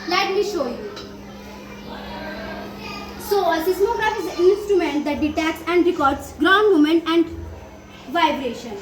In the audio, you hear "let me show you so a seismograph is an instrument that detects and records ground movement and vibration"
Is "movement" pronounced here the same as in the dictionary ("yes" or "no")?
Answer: no